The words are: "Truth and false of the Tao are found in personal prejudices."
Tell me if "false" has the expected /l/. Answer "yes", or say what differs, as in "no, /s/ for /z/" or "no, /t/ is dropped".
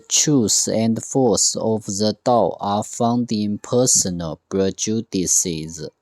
no, /l/ is dropped